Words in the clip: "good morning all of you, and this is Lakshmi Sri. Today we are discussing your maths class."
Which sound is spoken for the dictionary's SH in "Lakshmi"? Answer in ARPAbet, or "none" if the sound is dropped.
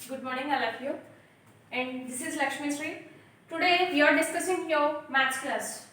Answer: SH